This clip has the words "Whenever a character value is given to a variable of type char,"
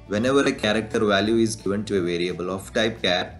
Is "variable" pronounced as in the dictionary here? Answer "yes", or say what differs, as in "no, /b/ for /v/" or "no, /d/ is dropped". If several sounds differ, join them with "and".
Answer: yes